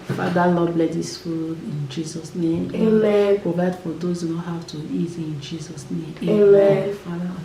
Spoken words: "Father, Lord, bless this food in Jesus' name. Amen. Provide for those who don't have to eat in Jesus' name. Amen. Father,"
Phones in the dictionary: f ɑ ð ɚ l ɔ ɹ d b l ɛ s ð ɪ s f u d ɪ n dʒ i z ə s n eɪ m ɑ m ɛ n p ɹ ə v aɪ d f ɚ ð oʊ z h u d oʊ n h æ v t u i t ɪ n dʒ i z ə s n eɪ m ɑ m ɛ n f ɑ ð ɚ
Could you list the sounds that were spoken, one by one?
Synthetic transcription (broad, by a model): f ɑ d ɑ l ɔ b l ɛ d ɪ s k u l ɪ n dʒ i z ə s n eɪ m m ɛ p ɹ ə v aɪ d f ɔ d oʊ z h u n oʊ h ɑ w t u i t ɪ n dʒ i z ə s n eɪ m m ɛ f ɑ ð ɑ